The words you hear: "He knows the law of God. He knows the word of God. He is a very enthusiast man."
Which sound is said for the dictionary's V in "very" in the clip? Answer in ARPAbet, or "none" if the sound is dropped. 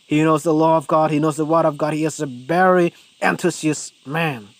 B